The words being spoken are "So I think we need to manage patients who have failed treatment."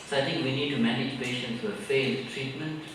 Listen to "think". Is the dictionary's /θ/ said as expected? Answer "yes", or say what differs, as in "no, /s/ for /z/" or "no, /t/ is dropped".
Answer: no, /t/ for /θ/